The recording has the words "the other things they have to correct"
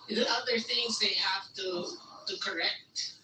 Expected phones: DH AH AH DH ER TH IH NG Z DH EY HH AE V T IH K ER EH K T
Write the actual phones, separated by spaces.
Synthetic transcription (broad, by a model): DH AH AH DH ER TH IH NG Z DH EY HH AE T T IH K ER EH K T